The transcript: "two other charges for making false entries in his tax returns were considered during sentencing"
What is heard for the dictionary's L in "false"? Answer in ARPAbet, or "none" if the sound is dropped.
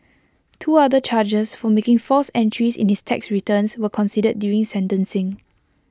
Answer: none